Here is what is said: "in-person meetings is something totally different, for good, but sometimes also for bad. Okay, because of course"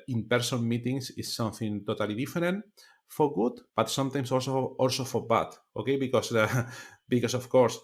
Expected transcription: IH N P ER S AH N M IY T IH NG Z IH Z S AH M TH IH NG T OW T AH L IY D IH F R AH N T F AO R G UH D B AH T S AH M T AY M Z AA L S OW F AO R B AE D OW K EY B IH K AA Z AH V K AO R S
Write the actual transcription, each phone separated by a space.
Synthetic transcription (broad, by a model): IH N P ER S AH N M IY T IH NG S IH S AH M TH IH NG T OW T AH L IY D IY F R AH N T F AO R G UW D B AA T S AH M T AY M S AA L S OW F AO R B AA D OW K EY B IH K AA S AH F K AO R S